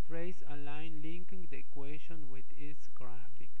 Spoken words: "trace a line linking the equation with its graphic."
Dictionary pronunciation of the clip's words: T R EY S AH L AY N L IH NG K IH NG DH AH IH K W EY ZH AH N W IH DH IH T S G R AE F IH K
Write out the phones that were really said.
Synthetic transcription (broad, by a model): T R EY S AH L AY N L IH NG K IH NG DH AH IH K W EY SH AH N W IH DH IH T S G R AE F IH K